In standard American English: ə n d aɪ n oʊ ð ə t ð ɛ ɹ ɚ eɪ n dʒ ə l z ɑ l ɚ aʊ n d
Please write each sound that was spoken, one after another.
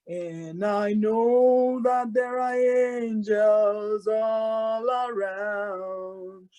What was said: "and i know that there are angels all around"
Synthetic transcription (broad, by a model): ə n aɪ n oʊ ð ə t ð ɛ ɹ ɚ eɪ n dʒ ə l z ɑ l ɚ aʊ n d